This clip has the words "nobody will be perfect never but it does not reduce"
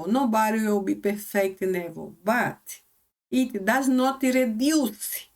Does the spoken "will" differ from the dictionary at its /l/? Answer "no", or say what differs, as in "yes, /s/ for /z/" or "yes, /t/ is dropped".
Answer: yes, /w/ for /l/